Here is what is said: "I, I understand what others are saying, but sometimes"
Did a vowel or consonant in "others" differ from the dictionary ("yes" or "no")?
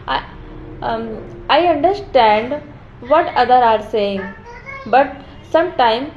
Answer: yes